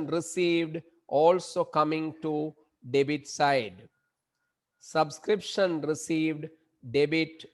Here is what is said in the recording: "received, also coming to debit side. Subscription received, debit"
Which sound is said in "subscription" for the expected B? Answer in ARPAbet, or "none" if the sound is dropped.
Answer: B